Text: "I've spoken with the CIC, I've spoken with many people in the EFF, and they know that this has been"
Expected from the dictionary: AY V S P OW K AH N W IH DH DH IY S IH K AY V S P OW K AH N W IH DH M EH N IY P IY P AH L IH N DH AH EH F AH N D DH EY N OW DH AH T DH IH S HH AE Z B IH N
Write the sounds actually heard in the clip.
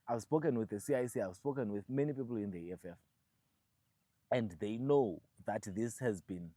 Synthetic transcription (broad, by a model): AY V S P OW K AH N W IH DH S IY S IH AY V S P OW K AH N W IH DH M EH N IY P IY P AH L IH N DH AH EH F AH N D DH EY N OW DH AH T DH IH S HH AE Z B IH N